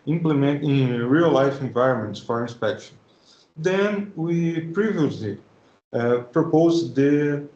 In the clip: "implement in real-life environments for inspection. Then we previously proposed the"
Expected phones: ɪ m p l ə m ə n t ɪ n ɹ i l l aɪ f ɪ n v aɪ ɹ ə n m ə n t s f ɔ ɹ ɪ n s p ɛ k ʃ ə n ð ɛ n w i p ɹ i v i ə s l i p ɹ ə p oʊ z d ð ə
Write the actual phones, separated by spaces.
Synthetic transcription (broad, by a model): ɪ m p l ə m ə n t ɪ ɹ i l l aɪ f ɪ n v aɪ ɹ ə n m ə n t s f ɔ ɹ ɪ n s p ɛ k ʃ ə n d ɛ n w i p ɹ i v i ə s l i p ɹ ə p oʊ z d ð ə